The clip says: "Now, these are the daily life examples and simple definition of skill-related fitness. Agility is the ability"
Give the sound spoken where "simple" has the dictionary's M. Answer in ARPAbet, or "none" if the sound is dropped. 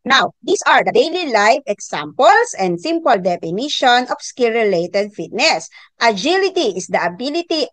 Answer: M